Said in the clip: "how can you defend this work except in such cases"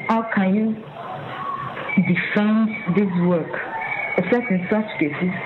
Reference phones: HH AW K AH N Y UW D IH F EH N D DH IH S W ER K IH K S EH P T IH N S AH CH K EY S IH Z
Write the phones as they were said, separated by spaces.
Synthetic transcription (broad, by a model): HH AW K AH N Y UW D IH F EH N D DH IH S W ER K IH S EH T IH N S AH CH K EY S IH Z